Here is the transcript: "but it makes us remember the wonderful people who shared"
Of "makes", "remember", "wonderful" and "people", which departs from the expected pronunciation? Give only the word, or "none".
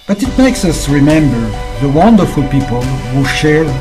none